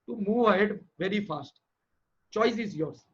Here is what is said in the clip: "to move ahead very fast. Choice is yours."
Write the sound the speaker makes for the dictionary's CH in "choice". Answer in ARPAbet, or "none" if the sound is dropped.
CH